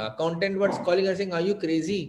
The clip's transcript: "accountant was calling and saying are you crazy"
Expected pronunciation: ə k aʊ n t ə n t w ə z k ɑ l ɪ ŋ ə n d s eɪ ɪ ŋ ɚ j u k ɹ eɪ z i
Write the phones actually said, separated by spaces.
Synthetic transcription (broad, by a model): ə k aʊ n t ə n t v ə s k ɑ l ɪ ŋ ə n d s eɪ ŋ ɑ j u k ɹ eɪ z i